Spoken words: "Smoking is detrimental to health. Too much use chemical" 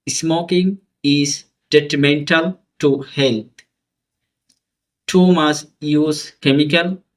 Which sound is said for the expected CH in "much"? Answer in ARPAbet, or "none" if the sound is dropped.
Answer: S